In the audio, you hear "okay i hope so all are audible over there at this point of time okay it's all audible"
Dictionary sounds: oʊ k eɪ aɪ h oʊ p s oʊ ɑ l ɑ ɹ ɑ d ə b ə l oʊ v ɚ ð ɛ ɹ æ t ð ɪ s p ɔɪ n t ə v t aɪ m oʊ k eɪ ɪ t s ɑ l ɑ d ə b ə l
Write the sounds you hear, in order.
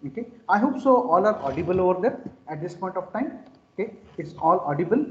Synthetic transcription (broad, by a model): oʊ k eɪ aɪ h oʊ p s oʊ ɑ l ɑ ɹ ɑ d ə b ə l oʊ v ɚ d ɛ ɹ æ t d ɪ s p ɔɪ n t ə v t aɪ m oʊ k eɪ ɪ t s ɑ l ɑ d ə b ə l